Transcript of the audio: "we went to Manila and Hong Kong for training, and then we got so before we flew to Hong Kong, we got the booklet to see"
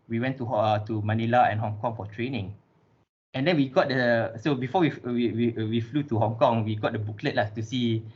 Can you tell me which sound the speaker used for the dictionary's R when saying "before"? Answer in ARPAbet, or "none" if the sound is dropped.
W